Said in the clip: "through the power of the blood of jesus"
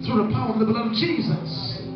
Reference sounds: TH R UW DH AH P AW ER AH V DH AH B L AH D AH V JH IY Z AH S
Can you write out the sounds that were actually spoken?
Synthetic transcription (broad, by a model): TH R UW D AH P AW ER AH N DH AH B AH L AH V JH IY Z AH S